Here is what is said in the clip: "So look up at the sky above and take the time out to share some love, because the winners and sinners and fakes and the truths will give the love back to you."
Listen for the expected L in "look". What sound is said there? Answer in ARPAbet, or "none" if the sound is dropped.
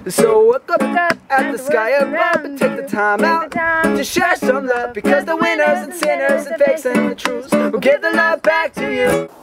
W